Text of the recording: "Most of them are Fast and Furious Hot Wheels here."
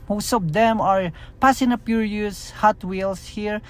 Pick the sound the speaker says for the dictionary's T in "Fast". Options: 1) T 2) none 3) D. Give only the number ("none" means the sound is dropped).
2